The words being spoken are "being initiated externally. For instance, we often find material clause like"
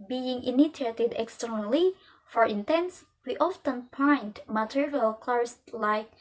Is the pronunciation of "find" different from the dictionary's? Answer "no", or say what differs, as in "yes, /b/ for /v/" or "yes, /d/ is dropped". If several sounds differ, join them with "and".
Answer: yes, /p/ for /f/